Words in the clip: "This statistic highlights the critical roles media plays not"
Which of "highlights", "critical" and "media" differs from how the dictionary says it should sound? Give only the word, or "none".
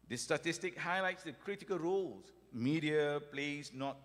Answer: none